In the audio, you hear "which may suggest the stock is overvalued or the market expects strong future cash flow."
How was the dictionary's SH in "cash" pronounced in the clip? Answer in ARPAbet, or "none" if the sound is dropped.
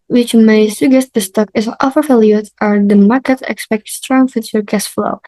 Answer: S